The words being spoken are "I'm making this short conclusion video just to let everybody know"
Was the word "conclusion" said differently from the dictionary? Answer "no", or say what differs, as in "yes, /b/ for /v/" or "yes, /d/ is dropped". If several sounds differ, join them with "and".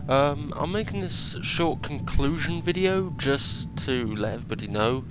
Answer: no